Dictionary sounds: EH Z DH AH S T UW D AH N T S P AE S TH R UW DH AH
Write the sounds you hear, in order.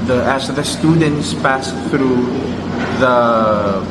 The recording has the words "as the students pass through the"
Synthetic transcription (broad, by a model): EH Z DH AH S T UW D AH N T S P AE S TH R UW DH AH